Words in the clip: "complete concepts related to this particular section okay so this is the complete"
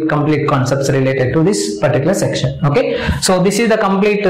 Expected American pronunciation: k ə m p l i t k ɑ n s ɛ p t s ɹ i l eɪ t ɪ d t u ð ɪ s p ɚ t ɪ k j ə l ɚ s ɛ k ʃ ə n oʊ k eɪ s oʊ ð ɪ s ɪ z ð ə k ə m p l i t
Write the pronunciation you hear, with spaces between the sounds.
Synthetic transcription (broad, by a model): k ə m p l i t k ɑ n s ɛ p t s ɹ i l eɪ t ɪ d t u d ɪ s p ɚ t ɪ k j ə l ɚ s ɛ k ʃ ə n oʊ k eɪ s oʊ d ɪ s ɪ z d ə k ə m p l i t